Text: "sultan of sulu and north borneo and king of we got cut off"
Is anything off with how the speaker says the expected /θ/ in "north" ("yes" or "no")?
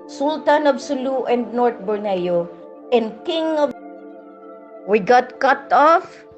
yes